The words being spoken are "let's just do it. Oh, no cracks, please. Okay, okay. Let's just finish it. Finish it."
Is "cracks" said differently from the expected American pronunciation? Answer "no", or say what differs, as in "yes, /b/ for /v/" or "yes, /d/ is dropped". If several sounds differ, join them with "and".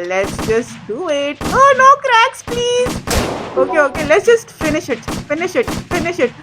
no